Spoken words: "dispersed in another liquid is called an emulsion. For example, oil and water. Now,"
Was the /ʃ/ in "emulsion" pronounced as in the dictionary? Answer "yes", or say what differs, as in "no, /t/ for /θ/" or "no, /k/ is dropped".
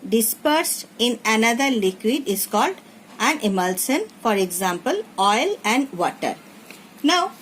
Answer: no, /s/ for /ʃ/